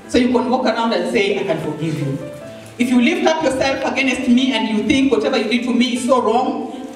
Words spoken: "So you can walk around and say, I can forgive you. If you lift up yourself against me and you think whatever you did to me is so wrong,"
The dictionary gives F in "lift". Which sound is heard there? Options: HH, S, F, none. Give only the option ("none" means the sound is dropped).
F